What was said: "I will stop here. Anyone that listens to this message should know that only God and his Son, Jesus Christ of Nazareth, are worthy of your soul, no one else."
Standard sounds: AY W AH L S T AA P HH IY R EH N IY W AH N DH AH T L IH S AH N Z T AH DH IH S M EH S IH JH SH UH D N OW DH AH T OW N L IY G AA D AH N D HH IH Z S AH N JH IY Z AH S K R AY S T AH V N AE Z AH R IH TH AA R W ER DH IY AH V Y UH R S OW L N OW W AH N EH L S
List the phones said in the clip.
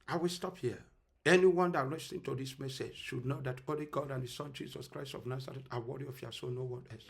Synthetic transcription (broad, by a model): AY W AH L S T AA P HH IY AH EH N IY W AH N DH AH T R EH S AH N T AH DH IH S M EH S IH JH SH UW D N OW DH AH T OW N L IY G AA D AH N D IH S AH N JH IY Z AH S K R AY S T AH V N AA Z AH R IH T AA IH W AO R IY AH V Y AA S OW N OW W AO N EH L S